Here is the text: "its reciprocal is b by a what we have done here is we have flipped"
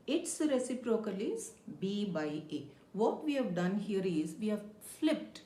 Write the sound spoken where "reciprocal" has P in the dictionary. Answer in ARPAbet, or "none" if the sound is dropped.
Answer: P